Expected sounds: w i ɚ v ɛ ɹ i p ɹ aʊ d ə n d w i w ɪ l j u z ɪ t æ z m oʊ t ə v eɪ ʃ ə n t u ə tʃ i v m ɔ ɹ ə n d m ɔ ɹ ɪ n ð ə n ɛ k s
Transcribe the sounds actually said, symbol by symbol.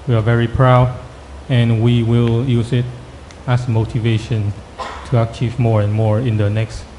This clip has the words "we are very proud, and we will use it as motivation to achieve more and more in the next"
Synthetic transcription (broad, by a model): w i ɚ v ɛ ɹ i p ɹ aʊ d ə n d w i w ɪ l j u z ɪ t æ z m oʊ t ə v eɪ ʃ ə n t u ə tʃ i v m ɔ ɹ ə n m ɔ ɹ ɪ n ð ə n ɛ k s